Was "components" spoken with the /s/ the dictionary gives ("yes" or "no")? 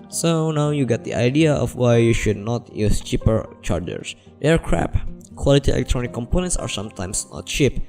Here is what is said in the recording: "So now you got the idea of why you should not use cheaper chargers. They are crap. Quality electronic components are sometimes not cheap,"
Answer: yes